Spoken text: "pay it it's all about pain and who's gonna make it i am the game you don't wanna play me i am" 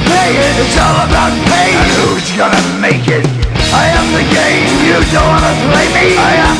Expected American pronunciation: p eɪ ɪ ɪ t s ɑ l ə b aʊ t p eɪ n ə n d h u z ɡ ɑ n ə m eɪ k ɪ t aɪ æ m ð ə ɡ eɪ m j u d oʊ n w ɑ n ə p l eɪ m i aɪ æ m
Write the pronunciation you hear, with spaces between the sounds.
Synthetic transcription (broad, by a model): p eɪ ɪ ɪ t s ɑ l ə b aʊ t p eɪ ə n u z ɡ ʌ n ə m eɪ k ɪ t aɪ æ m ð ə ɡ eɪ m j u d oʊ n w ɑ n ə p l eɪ m i aɪ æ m